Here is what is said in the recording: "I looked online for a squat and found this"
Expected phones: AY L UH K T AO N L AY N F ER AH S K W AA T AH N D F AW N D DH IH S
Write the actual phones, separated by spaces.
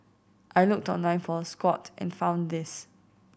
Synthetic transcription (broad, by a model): AY L UH K T AO N L AY N F AH S K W AA T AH N F AW N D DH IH S